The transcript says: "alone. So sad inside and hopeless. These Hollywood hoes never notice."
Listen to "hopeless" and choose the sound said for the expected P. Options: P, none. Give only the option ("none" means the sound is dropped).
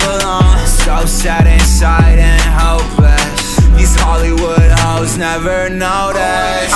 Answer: none